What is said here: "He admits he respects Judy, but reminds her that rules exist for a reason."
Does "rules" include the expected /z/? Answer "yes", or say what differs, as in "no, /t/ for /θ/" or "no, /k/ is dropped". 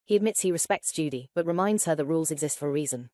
yes